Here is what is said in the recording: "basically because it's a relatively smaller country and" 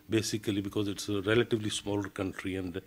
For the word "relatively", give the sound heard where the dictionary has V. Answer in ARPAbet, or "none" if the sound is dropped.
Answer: V